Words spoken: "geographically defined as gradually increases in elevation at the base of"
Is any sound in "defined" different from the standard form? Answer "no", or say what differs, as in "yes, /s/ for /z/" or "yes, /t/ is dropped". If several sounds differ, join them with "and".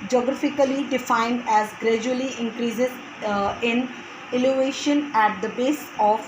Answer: no